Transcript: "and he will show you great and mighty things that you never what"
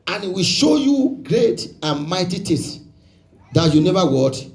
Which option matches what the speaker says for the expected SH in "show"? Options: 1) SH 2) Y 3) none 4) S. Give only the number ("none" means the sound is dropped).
1